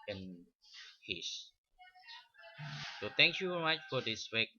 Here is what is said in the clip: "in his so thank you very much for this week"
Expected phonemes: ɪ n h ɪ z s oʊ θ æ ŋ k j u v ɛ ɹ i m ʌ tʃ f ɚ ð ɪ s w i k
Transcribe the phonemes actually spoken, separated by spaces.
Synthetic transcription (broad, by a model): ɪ n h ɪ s s oʊ t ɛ ŋ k j u v ɛ ɹ i m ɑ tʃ f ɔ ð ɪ s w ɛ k